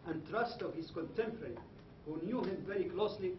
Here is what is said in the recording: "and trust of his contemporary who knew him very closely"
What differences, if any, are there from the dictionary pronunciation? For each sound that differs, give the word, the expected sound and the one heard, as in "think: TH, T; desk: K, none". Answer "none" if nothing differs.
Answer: contemporary: R, none